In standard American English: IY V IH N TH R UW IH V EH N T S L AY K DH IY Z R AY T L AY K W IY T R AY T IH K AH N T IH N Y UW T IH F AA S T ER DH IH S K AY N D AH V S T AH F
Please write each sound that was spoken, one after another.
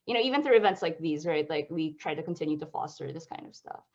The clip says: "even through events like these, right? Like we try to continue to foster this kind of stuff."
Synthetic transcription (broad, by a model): IY V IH N TH R UW IH V EH N T S L AY K DH IY Z R AY T L AY K W IY T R AY T IH K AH N T IH N Y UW T IH F AA S T ER DH IH S K AY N D AH V S T AH F